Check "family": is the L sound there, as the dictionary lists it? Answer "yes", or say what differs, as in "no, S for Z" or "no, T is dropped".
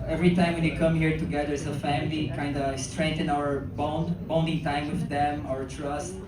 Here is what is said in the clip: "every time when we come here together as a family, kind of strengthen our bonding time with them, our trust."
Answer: yes